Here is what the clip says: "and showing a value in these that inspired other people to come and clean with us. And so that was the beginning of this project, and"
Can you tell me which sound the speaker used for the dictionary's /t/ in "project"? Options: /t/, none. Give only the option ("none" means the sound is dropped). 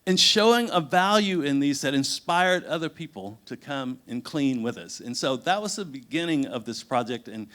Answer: /t/